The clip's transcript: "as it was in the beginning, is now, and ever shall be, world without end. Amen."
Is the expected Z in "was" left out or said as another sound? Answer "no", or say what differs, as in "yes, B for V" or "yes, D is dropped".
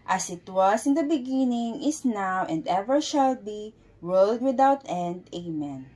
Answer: yes, S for Z